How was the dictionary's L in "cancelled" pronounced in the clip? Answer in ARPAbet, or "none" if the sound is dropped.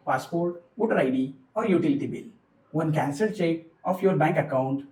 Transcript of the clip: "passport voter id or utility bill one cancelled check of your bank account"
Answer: none